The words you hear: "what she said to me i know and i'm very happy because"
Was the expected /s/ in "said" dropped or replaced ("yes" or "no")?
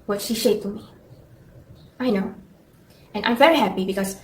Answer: yes